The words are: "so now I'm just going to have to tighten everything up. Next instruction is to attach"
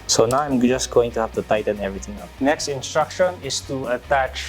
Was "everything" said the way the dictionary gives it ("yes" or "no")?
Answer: no